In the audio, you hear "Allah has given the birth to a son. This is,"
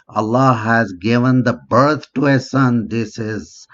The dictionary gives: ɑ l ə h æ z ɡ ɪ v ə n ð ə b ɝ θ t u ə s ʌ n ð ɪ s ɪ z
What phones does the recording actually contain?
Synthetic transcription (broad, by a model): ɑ l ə h æ z ɡ ɪ v ə n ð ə b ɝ t t u ə s ʌ n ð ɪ s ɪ z